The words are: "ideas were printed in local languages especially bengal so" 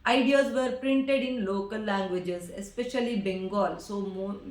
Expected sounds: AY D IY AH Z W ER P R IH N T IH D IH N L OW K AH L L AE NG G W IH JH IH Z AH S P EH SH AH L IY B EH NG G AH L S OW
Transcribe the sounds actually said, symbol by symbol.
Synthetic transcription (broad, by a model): AY D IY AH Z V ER P R IH N T IH D IH N L OW K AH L L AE NG G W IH JH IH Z AH S P EH SH AH L IY B EH NG G AH L S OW